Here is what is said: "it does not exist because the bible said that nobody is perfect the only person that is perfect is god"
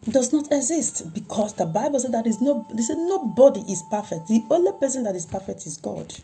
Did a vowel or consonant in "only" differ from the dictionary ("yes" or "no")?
no